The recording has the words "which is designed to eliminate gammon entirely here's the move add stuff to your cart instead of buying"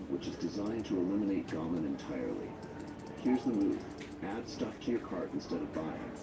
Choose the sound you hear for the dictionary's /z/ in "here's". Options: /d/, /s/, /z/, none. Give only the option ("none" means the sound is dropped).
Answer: /z/